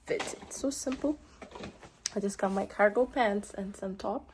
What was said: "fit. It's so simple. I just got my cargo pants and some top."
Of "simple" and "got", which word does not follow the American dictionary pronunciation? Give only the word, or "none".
none